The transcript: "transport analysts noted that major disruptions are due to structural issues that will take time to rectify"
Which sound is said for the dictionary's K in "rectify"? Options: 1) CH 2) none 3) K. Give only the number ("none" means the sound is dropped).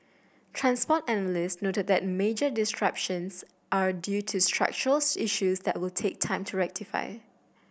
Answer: 3